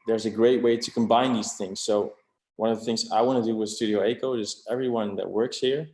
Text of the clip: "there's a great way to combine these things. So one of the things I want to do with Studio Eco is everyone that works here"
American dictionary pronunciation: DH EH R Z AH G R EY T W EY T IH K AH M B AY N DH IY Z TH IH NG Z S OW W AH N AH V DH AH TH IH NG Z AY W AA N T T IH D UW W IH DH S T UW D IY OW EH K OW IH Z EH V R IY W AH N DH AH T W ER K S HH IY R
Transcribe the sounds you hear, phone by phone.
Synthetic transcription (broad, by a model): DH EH R Z AH G R EY T W EY T IH K AH M B AY N DH IY Z TH IH NG Z S OW W AH N AH V DH AH TH IH NG Z AY W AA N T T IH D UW W IH DH S T UW D IY OW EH K OW IH Z EH V R IY W AH N DH AH T W ER K S HH IY R